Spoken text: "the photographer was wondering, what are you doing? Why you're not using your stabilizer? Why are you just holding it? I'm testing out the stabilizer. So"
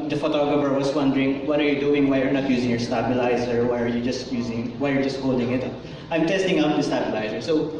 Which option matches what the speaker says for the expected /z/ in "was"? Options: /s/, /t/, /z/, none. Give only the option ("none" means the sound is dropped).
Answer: /s/